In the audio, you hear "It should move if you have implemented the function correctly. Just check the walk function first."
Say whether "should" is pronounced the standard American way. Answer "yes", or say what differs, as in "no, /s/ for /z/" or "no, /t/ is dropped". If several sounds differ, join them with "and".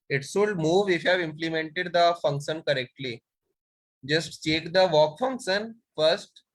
no, /s/ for /ʃ/